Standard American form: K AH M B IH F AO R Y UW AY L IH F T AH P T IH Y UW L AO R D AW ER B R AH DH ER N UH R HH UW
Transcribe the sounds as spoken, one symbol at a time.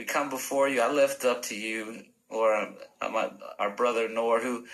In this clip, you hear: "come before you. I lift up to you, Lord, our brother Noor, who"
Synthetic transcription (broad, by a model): K AH M B IH F AO R Y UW AY L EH F T AH P T IH Y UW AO R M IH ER B R AH DH ER N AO R HH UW